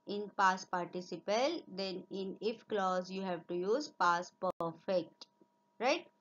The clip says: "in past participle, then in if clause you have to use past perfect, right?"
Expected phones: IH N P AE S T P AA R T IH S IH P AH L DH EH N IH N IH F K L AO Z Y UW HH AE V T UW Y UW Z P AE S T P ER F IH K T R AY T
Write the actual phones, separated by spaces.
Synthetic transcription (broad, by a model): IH N P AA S P AA R T IH S IH P AH L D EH N IH N IH F K L AO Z Y UW HH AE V T UW Y UW Z P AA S P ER F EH K T R AY T